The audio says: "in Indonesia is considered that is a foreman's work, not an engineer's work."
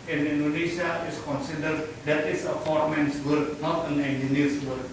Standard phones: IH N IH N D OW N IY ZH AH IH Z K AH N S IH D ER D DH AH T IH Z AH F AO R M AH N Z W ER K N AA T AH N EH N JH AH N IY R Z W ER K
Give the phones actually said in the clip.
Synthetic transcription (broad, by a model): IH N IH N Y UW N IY SH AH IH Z K AH N S IH D ER D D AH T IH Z AH P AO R M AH N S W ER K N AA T AH N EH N JH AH N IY R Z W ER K